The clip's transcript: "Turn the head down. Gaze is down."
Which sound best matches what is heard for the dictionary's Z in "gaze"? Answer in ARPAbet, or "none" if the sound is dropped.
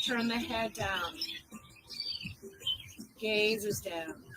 Z